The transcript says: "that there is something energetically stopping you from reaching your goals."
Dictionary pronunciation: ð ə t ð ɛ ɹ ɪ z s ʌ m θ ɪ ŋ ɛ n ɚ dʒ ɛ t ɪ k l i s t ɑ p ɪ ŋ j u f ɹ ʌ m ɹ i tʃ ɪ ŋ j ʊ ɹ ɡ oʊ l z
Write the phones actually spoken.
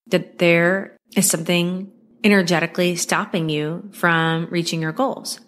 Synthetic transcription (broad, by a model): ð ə t ð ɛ ɹ ɪ z s ʌ m θ ɪ ŋ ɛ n ɚ dʒ ɛ t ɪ k l i s t ɑ p ɪ ŋ j u f ɹ ʌ m ɹ i tʃ ɪ ŋ j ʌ ɹ ɡ oʊ l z